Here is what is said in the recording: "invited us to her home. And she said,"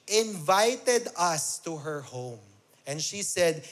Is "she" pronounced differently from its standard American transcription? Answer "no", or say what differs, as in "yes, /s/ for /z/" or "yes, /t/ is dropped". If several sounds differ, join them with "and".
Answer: no